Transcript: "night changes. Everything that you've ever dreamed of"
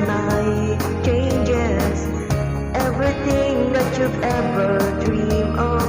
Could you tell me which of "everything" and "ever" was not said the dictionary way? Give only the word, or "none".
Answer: everything